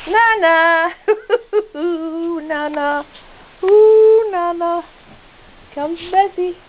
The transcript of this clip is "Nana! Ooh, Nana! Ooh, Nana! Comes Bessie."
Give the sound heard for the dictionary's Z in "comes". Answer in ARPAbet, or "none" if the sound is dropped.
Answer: none